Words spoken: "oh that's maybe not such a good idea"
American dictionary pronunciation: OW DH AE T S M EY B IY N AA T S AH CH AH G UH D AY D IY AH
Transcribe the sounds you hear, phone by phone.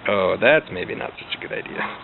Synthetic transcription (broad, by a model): OW DH AE T S M EY B IY N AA T S AH CH AH G UH D AY D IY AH